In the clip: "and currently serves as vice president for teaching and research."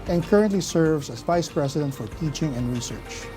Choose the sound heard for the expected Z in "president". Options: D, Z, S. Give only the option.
S